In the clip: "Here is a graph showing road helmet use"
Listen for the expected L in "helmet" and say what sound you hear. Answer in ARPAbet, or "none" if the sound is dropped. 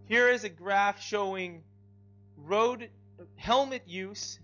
L